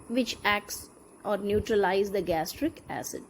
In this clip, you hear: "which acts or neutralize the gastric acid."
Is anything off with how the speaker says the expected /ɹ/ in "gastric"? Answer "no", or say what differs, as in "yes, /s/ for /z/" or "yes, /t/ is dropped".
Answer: no